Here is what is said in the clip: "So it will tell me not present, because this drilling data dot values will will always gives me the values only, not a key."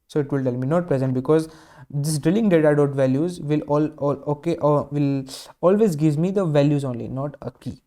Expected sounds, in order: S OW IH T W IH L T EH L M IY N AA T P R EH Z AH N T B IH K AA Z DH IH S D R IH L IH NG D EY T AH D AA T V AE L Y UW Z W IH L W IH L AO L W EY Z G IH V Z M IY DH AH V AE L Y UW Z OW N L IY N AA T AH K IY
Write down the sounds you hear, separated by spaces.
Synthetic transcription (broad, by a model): S OW IH T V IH L T EH L M IY N AA T P R EH Z AH N T B IH K AA Z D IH S D R IH L IH NG D EY T AH D AA T V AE L Y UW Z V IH L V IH L AO L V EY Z G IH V M IY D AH V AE L Y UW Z OW N L IY N AA T AH K IY